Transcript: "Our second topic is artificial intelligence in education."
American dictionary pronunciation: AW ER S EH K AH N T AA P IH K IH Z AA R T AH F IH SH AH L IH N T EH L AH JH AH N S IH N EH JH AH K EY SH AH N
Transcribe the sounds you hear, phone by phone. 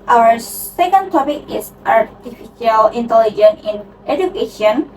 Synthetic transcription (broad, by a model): AW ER S EH K AH N T AA P IH K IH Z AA R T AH F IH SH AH L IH N T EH L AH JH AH N IH N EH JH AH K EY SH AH N